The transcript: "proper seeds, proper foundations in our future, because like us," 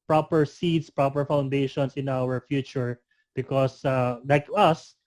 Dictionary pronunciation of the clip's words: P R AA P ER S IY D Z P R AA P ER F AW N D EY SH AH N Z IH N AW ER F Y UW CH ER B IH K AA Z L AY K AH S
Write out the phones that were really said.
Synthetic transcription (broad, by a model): P R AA P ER S IY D S P R AA P ER F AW N D EY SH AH N S IH N AW ER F Y UW CH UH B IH K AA S L AY K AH S